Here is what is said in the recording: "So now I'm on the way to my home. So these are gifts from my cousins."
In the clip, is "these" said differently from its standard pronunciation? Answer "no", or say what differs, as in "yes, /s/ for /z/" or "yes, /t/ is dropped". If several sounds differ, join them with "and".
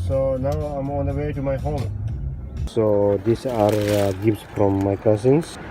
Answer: yes, /s/ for /z/